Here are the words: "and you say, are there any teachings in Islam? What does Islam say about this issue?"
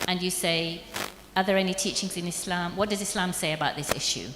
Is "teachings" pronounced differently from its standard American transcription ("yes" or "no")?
no